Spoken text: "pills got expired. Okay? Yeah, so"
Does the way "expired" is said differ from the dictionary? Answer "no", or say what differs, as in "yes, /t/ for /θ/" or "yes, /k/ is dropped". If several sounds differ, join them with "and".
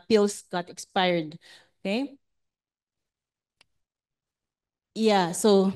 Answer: no